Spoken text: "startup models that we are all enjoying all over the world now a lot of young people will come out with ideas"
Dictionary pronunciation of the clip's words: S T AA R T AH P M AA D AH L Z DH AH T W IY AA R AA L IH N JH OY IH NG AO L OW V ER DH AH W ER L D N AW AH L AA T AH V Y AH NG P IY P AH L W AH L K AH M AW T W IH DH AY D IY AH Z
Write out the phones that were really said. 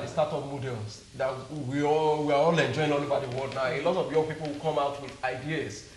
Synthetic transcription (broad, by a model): S T AA T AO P M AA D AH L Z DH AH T W IY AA W AA L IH N JH OY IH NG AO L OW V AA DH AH W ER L D N AW AH L AA T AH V Y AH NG P IY P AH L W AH K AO M AW T W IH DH AY D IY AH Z